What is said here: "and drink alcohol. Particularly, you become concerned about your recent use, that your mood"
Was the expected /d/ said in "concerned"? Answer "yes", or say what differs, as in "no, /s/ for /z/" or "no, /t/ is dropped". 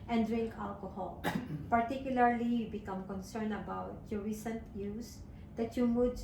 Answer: no, /d/ is dropped